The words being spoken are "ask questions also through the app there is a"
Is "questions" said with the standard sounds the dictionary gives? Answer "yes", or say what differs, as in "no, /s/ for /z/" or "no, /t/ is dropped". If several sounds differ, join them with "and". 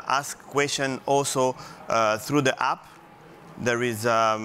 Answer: no, /z/ is dropped